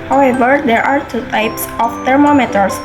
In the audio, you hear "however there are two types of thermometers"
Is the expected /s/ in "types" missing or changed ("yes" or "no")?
no